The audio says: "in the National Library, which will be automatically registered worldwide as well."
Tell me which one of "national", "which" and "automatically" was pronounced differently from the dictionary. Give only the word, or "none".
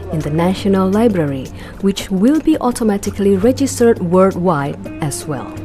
none